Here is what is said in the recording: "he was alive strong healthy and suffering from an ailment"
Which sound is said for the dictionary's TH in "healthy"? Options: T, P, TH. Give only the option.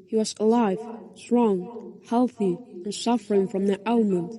TH